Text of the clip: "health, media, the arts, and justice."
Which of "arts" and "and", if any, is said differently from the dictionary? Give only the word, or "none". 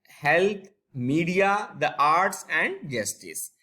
none